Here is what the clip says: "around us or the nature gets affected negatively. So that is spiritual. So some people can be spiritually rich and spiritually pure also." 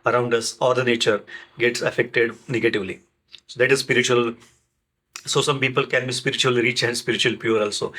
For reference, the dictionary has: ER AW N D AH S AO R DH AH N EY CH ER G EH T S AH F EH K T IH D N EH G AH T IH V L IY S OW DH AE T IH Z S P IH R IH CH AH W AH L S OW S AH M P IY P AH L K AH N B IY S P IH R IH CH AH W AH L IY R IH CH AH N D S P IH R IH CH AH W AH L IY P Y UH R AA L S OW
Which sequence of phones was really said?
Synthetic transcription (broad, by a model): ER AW N D AH S AO R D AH N EY CH ER G EH T S AH F EH K T IH D N EH G AH T IH V L IY S OW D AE T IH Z S P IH R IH CH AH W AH L S OW S AH M P IY P AH L K AH N B IY S P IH R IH CH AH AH L IY R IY CH AH N D S P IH R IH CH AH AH L P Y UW R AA L S OW